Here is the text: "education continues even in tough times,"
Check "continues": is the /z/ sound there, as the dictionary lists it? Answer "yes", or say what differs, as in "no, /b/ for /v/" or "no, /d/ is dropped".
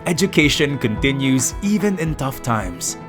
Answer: yes